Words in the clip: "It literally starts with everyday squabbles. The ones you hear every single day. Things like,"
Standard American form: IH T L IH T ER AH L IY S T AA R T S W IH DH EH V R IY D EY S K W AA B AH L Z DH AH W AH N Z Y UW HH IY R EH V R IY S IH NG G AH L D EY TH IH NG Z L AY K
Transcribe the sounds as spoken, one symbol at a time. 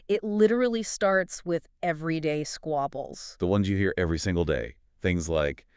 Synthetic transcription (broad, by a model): IH T L IH T ER L IY S T AA R T S W IH DH EH V R IY D EY S K W AA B L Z DH AH W AH N Z Y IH HH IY R EH V R IY S IH NG G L D EY TH IH NG Z L AY K